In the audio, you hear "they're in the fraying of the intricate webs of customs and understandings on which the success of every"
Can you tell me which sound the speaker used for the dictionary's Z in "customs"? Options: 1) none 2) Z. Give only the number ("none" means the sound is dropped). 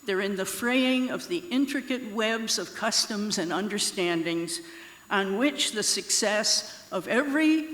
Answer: 2